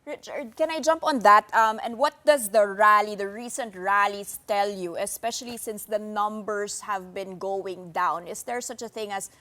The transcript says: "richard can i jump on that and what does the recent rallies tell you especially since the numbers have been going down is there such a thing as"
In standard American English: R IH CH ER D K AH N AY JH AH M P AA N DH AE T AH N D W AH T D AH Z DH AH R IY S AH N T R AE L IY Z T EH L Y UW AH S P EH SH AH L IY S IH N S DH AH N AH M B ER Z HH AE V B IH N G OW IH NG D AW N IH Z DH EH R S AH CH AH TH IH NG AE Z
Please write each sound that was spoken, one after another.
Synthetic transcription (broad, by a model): R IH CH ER D K AH N AY JH AH M P AA N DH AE T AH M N W AH T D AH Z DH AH R IY S AH N T R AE L IY S T EH L Y UW AH S P EH SH AH L IY S IH N S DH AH N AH M B ER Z HH AE V B IH N G OW IH NG D AW N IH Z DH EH R S AH CH AH TH IH NG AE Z